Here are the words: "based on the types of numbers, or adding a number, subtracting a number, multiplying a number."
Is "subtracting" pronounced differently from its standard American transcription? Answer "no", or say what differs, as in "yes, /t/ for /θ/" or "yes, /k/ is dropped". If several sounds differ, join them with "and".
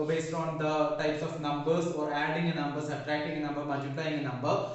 yes, /b/ is dropped